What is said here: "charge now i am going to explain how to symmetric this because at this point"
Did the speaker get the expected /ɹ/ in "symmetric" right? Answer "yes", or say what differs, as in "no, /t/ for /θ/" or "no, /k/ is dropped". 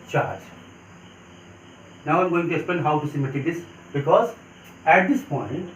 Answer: no, /ɹ/ is dropped